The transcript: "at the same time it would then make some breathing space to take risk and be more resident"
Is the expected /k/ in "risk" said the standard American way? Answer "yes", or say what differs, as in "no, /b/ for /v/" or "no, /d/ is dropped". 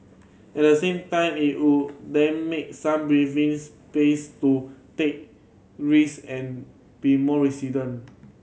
no, /k/ is dropped